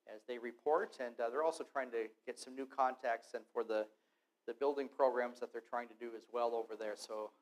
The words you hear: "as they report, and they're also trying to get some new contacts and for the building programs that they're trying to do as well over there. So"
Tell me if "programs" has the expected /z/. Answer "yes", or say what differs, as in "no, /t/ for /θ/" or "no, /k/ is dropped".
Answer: yes